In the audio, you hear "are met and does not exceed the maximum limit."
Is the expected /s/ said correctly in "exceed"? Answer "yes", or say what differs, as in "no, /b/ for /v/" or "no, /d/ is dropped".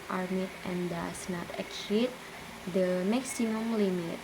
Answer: no, /s/ is dropped